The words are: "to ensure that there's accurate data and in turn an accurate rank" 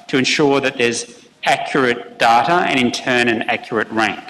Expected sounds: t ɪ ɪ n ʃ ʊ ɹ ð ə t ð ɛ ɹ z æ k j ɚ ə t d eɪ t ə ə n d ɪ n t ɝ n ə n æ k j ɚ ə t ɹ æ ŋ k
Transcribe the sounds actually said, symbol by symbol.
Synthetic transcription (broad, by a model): t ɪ ɪ n ʃ ʊ ɹ ð ə t ð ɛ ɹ z æ k j ɚ ə t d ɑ t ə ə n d ɪ n t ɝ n ə n æ k j ɚ ə t ɹ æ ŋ